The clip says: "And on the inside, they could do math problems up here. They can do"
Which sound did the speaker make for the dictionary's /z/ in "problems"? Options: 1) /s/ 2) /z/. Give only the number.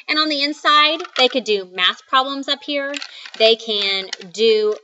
2